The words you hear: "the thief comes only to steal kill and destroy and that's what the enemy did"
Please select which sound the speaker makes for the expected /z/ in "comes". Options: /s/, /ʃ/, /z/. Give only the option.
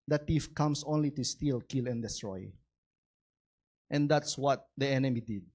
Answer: /s/